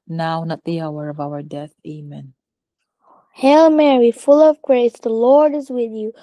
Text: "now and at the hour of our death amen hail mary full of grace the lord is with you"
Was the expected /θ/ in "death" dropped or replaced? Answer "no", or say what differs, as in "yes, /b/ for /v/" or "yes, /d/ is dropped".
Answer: no